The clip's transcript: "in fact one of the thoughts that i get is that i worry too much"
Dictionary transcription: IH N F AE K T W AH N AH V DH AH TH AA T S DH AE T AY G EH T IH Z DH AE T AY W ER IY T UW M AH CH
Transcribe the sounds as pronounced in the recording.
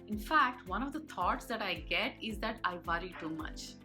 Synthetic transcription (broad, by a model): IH N F AE K T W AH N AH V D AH T AA T S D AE T AY G EH T IH Z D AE T AY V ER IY T UW M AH CH